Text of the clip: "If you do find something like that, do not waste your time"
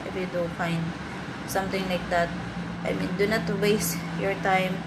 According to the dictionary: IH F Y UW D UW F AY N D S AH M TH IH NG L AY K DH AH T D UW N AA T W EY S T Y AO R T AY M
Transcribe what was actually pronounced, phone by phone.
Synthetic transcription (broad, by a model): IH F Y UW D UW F AY N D S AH M T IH NG L AY K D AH T D UW N AA T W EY S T Y AO R T AY M